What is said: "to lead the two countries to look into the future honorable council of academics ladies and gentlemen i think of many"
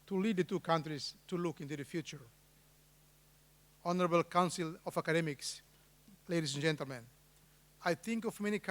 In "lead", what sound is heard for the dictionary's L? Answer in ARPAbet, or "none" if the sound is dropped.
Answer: L